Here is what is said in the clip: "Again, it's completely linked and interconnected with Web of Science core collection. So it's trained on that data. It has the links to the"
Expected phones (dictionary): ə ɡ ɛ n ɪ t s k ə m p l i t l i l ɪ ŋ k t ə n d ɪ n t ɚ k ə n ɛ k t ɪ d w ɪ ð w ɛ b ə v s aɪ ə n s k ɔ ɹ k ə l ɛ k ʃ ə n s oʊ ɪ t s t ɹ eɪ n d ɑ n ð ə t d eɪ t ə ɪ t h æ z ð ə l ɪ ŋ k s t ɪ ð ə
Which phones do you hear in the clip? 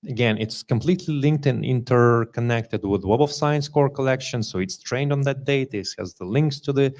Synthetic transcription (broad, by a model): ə ɡ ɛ n ɪ t s k ə m p l i t l i l ɪ ŋ k t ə n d ɪ n t ɚ k ə n ɛ k t ɪ d w ɪ ð w ɛ b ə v s aɪ ə n s k ɔ ɹ k ə l ɛ k ʃ ə n s oʊ ɪ t s t ɹ eɪ n d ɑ n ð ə t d eɪ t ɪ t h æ z ð ə l ɪ ŋ k s t ɪ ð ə